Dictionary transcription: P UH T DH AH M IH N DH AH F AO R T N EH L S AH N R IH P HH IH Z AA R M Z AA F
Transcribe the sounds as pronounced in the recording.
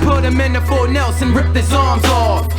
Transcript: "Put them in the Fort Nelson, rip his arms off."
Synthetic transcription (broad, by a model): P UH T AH M IH N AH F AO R N EH L S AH N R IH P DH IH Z AA R M Z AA